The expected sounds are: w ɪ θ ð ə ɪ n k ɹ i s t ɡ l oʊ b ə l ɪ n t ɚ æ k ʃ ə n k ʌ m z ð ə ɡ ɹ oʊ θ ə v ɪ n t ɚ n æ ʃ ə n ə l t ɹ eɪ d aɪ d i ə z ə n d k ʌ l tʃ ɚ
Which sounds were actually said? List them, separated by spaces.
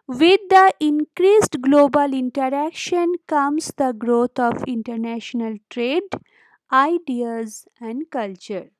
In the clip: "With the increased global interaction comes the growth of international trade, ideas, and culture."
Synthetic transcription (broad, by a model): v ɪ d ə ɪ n k ɹ i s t ɡ l oʊ b ə l ɪ n t ɚ æ k ʃ ə n k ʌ m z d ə ɡ ɹ oʊ t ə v ɪ n t ɚ n æ ʃ ə n ə l t ɹ eɪ d aɪ d i ə z ə n d k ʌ l tʃ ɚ